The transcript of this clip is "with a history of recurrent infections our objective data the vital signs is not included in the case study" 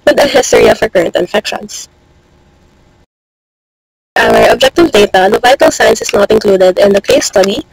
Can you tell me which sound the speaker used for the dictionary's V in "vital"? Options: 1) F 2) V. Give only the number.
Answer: 2